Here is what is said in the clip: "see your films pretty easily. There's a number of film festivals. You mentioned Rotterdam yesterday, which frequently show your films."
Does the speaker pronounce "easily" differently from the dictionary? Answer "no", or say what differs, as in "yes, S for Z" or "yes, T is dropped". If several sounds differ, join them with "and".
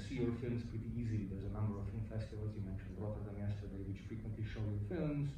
no